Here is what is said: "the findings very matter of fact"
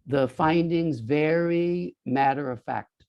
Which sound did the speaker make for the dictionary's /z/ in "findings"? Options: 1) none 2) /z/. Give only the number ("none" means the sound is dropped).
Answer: 2